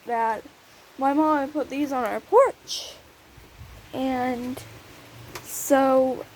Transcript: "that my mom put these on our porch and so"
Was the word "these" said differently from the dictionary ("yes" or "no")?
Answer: no